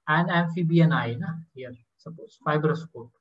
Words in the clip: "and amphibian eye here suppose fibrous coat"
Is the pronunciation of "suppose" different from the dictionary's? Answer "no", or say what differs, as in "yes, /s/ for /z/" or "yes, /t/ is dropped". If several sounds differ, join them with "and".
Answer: yes, /s/ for /z/